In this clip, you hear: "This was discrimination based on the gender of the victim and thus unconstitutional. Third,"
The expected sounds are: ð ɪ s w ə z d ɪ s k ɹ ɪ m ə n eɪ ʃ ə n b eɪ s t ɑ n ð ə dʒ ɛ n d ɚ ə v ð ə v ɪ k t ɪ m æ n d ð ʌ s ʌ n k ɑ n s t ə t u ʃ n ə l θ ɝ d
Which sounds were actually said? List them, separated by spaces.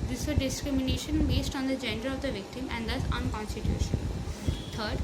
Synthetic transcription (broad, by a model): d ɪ s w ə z d ɪ s k ɹ ɪ m ə n eɪ ʃ ə n b eɪ s t ɑ n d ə dʒ ɛ n d ɚ ə v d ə v ɪ k t ɪ m æ n d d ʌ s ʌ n k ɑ n s t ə t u ʃ ə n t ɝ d